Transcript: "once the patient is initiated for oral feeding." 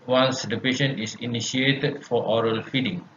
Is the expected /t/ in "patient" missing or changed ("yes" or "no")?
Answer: yes